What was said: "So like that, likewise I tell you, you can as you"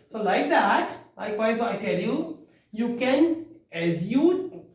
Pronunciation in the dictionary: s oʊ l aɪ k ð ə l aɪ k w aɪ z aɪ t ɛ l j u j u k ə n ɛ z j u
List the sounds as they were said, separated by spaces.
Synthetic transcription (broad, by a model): s oʊ l aɪ k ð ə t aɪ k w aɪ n aɪ t ɛ l j u j u k ə n ɛ z j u